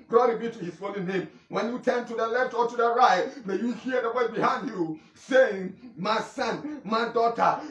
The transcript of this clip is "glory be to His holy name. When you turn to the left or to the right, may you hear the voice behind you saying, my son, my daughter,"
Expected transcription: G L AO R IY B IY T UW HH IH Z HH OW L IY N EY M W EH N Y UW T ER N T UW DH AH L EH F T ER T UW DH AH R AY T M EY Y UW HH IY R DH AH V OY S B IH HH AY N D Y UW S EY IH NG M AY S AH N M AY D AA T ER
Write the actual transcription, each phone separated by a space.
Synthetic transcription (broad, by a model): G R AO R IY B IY T UW HH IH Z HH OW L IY N EY M W EH N Y UW T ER N T UW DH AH L EH F T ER T UW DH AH R AY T M EY Y UW HH IY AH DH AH W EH B IH HH AY N D Y UW S EY IH NG M AY S AH N M AY D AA T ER